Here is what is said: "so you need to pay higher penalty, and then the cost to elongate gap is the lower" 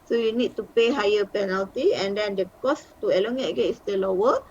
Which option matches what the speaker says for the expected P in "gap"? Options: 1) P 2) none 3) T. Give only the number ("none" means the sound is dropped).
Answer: 2